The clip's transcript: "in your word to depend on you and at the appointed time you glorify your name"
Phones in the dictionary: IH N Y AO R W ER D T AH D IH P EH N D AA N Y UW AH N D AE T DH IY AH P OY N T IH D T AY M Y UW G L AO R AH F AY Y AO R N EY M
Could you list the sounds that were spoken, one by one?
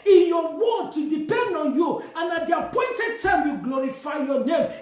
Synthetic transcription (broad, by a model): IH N Y AO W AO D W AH D IH P EH N D AA N Y UW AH N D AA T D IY AH P OY N T IH D T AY M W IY G L AO R AH F AY Y AO N EY M